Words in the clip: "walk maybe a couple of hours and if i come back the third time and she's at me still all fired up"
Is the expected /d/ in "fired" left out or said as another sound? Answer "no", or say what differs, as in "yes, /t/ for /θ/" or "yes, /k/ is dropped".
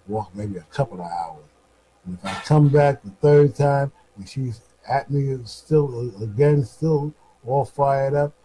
no